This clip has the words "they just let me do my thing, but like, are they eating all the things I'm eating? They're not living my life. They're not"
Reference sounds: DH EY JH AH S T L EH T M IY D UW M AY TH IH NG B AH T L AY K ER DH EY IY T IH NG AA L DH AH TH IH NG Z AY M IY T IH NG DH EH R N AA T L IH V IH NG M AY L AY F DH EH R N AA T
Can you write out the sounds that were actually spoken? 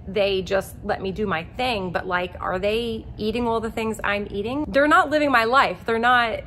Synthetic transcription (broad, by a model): DH EY JH AH S T L EH T M IY D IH M AY TH IH NG B AH T L AY K ER DH EY IY T IH NG AA L DH AH TH IH NG Z AY M IY T IH NG DH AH R N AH T L IH V IH NG M AY L AY F DH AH R N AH T